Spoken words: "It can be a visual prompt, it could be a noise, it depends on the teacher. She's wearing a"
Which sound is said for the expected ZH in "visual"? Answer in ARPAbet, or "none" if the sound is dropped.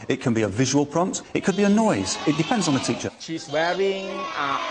ZH